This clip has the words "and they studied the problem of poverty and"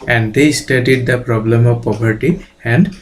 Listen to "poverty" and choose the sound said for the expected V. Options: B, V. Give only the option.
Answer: B